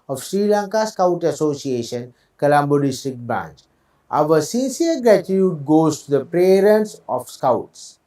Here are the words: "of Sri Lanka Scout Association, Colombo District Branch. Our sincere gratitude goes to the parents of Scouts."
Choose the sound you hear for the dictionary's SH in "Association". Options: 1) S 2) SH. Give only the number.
2